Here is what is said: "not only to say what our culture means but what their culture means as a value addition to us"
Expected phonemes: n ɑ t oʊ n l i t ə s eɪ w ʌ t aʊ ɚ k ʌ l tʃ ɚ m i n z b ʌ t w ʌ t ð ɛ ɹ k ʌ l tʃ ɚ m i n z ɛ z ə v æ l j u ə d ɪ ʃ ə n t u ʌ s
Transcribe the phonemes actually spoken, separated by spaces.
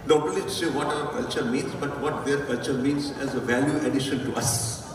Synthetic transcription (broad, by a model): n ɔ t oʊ l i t s eɪ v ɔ t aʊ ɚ k ʌ l tʃ ɚ m i n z b ʌ t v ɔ t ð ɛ ɹ k ʌ l tʃ ɚ m i n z ɛ z ə v æ l j u ə d ɪ ʃ ə n t u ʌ s